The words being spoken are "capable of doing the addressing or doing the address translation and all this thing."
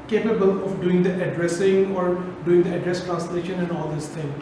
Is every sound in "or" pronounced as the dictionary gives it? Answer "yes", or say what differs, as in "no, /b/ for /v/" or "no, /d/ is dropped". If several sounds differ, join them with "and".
yes